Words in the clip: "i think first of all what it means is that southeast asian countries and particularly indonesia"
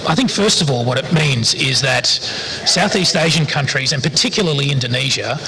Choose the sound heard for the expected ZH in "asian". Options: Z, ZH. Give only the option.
ZH